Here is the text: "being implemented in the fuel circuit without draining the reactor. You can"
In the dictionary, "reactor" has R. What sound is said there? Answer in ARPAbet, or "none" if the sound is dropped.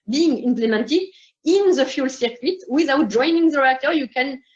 L